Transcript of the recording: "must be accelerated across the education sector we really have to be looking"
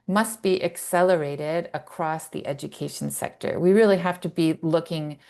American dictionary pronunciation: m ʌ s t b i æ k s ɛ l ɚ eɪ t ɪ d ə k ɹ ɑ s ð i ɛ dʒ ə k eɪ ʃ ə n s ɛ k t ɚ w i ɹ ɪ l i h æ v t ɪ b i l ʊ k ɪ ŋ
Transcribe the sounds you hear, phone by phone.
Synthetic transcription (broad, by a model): m ʌ s t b i æ k s ɛ l ɚ eɪ t ɪ d ə k ɹ ɑ s ð i ɛ dʒ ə k eɪ ʃ n s ɛ k t ɚ w i ɹ ɪ l i h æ f t ɪ b i l ʊ k ɪ ŋ